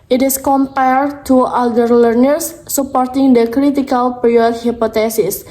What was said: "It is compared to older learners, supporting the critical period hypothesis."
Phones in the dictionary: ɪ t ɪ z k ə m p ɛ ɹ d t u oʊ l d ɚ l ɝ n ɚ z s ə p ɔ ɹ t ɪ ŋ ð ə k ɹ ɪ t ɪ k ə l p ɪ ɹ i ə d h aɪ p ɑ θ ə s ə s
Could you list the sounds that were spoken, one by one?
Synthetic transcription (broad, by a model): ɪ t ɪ s k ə m p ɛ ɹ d t u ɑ d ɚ l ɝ n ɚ s ə p ɔ ɹ t ɪ ŋ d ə k ɹ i t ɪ k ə l p ɹ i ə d h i p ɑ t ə s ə s